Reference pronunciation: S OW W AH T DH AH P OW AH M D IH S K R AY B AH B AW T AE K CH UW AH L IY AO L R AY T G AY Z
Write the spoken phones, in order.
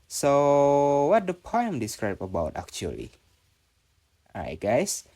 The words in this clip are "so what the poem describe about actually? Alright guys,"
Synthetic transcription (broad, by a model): S OW W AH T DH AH P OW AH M D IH S K R AY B AH B AW T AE K CH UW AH L IY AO R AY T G AY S